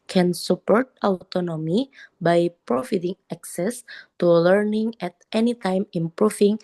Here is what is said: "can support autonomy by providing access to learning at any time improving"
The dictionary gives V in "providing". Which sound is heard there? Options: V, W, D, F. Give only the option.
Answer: F